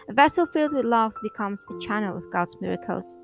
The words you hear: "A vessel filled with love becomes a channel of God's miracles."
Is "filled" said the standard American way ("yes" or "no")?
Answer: yes